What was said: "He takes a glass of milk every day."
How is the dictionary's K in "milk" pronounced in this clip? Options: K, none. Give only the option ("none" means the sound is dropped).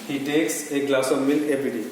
none